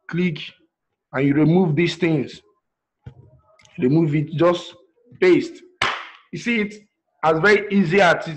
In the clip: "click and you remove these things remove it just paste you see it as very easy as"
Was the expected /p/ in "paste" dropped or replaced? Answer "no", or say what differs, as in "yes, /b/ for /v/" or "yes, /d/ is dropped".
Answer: yes, /b/ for /p/